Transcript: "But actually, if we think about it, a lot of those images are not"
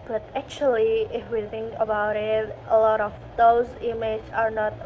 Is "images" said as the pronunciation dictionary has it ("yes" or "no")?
no